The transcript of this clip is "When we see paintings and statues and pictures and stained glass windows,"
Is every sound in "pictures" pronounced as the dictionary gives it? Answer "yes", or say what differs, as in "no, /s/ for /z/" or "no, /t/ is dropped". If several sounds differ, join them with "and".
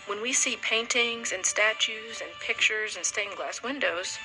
yes